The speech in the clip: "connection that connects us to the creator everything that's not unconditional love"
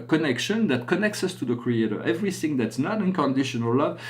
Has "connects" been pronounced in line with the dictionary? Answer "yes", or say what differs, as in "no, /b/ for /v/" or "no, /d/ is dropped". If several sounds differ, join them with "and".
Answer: yes